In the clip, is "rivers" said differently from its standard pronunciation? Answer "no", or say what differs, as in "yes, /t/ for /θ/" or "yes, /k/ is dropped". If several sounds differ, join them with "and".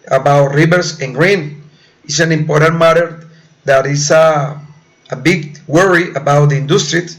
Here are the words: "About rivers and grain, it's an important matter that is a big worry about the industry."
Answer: yes, /s/ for /z/